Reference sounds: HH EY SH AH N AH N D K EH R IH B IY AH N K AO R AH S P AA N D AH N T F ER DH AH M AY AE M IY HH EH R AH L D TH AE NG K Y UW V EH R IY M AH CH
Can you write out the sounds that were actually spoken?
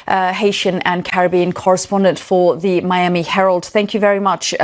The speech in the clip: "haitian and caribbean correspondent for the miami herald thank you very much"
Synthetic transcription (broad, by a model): HH EY SH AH N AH N K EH R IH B IY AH N K AO R AH S P AA N D AH N T F ER DH AH M AY AE M IY HH EH R AH L D TH AE NG K Y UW V EH R IY M AH CH